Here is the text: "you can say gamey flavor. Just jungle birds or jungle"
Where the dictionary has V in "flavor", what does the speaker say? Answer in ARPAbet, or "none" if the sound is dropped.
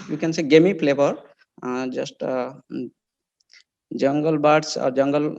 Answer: P